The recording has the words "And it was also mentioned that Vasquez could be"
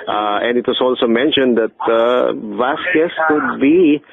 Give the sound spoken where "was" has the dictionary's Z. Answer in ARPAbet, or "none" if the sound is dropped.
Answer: S